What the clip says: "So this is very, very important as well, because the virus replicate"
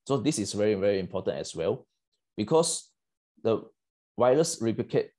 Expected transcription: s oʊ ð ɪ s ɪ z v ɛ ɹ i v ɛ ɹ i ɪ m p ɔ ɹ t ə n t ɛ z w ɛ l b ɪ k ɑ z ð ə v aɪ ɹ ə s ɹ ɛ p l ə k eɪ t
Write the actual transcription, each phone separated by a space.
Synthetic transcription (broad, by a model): s oʊ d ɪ s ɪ s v ɛ ɹ i v ɛ ɹ i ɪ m p ɔ t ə n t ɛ s w ɛ l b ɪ k ɑ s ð ə w aɪ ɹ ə s ɹ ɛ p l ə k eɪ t